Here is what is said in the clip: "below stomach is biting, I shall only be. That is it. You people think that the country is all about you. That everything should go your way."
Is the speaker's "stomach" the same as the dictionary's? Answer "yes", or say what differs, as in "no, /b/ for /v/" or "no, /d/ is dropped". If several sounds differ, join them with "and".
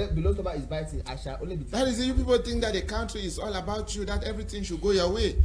no, /k/ is dropped